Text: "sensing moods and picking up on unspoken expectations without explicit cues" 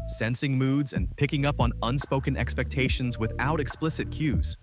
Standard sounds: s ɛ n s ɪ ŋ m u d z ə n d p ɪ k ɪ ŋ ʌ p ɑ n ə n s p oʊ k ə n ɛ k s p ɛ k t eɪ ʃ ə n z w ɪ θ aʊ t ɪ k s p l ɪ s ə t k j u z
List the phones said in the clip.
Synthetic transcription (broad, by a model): s ɛ n s ɪ ŋ m u d z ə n p ɪ k ɪ ŋ ʌ p n ə n s p oʊ k ə n ɛ k s p ɛ k t eɪ ʃ ə n z w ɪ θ aʊ t ɪ k s p l ɪ s ə t k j u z